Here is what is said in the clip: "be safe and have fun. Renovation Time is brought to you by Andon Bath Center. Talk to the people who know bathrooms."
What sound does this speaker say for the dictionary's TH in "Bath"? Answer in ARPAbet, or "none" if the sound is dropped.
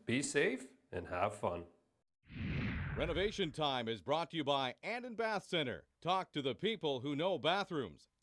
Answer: TH